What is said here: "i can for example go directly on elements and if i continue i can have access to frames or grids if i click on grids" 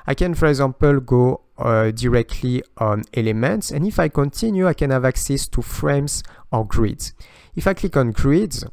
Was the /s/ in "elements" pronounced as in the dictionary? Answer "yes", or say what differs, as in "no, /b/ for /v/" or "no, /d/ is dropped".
yes